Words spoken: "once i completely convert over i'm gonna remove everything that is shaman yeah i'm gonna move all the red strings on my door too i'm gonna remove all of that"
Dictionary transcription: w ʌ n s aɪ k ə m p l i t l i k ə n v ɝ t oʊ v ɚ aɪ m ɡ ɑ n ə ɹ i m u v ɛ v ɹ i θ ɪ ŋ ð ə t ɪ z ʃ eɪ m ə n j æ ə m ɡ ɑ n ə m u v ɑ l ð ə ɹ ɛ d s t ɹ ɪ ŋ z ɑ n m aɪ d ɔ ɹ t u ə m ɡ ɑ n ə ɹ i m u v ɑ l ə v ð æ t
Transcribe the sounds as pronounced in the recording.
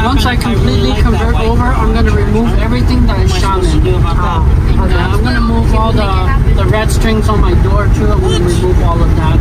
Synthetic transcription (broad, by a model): w ʌ n s aɪ k ə m p l i t l i k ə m v ɝ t oʊ v ɚ aɪ m ɡ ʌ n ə ɹ i m u v ɛ v ɹ i θ ɪ ŋ ð ə t ɪ z ʃ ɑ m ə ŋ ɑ ə m ɡ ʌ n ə m u v ɑ l ð ə ɹ ɛ d s t ɹ ɪ ŋ z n m aɪ d ɔ ɹ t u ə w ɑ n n ɹ i m u v ɑ l ə v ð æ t